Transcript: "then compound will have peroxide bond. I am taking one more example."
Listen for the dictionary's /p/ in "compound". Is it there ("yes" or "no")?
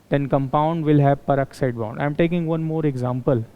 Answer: yes